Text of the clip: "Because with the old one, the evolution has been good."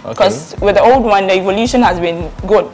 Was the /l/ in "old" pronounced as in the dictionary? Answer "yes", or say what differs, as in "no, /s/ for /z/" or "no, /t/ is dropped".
yes